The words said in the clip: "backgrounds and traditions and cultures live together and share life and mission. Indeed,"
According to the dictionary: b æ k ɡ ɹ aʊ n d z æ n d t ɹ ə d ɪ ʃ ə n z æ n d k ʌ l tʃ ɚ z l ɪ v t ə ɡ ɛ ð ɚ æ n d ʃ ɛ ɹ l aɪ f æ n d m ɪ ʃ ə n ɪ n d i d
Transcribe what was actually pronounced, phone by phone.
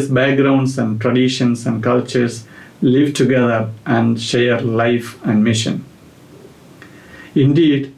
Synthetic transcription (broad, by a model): b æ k ɡ ɹ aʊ n d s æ n d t ɹ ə d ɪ ʃ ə n s æ n d k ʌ l tʃ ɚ s l ɪ v t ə ɡ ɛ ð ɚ æ n d ʃ ɛ ɹ l aɪ f æ n d m ɪ ʃ ə n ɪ n d i d